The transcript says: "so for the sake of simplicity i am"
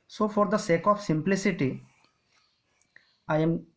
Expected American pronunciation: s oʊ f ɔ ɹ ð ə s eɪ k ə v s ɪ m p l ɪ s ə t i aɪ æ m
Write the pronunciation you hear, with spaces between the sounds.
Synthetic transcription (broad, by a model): s oʊ f ɔ ɹ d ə s eɪ k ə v s ɪ m p l ɪ s ə t i aɪ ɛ m